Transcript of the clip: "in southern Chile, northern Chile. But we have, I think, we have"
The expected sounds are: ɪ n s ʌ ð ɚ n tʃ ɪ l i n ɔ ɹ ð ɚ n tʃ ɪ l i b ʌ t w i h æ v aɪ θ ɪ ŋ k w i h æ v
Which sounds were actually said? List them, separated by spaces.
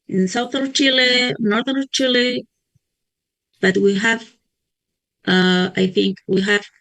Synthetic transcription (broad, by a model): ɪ n s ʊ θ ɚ tʃ ɪ l i n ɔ ɹ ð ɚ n tʃ ɪ l i b ʌ t w i h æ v aɪ θ ɪ ŋ k w i h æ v